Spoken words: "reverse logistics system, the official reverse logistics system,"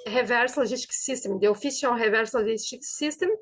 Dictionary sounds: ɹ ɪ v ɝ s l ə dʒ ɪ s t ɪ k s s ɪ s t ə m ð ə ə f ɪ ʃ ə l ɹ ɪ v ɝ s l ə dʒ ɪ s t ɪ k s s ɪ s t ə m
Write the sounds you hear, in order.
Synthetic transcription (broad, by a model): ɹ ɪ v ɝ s l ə ʒ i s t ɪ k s s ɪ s t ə m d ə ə f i s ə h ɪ v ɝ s l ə ʒ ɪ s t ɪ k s s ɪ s t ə m